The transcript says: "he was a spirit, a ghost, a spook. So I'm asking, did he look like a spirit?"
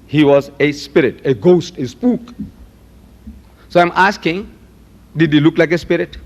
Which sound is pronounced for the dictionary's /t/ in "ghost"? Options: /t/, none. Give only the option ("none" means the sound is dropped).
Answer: /t/